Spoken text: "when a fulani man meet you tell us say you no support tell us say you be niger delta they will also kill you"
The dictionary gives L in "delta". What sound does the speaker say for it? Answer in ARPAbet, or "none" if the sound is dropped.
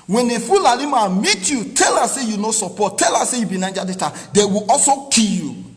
none